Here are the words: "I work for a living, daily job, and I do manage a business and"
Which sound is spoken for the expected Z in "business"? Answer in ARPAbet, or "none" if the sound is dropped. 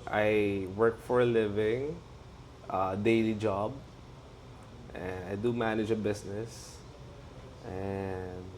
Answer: S